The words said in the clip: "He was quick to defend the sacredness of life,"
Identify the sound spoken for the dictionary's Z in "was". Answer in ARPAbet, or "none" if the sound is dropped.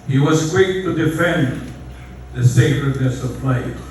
Z